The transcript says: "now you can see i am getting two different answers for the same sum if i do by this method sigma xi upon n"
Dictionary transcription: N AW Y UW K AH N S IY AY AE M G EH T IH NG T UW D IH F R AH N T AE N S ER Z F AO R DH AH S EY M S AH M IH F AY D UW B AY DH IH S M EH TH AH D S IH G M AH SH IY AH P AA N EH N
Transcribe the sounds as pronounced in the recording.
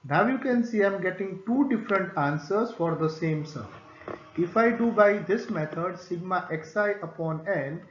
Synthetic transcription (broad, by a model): N AW Y UW K AH N S IY AY M G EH T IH NG T UW D IH F R AH N T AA N S ER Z F AO R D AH S EY M S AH IH F AY D UW B AY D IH S M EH T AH D S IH G M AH S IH AH P AA N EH N